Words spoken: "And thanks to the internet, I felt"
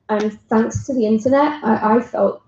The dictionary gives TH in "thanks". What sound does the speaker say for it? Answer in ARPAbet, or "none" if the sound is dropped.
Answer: TH